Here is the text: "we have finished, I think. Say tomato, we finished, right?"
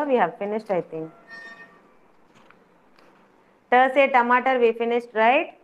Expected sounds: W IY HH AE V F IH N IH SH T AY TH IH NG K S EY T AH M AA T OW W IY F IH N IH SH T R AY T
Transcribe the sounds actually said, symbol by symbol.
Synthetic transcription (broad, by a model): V IY HH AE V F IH N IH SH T AY T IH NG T S EY T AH M AA T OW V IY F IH N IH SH T R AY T